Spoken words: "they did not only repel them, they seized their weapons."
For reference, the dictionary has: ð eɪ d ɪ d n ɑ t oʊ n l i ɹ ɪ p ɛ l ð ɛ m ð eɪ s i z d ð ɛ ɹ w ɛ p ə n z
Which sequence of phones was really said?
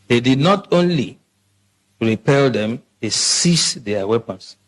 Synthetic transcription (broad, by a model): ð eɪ d ɪ d n ɑ t oʊ n l i ɹ ɪ p ɛ l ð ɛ m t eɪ s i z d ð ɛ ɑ w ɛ p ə n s